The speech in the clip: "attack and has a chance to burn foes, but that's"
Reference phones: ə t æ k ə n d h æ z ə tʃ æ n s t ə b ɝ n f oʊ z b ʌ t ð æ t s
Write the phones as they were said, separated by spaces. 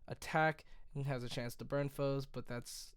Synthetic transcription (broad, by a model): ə t æ k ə z ə tʃ æ n s t ə b ɝ n f oʊ z b ʌ t ð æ t s